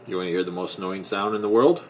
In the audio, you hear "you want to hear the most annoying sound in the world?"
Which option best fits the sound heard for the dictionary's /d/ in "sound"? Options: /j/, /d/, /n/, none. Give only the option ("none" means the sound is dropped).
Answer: /d/